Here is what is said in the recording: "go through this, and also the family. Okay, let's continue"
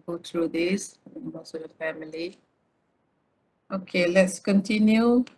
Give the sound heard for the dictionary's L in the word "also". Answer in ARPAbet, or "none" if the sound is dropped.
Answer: none